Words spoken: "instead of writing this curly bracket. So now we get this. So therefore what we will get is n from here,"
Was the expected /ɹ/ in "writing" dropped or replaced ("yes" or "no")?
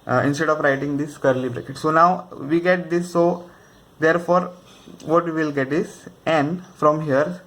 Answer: no